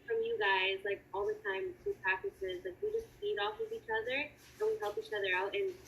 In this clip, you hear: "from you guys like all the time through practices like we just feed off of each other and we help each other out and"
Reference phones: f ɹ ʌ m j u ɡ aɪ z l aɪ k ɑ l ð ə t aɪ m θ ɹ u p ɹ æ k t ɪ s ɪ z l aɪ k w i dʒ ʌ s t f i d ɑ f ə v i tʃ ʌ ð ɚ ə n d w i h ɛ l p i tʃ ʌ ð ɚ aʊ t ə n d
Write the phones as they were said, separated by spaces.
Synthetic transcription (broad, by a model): f ɹ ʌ m j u ɡ aɪ z l aɪ k ɑ l ð ə t aɪ m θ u p ɹ æ k t ɪ s ɪ z l aɪ k w i dʒ ʌ s t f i d ɑ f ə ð i tʃ ʌ ð ɚ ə n w i h ɛ l p i tʃ ʌ ð ɚ aʊ t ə n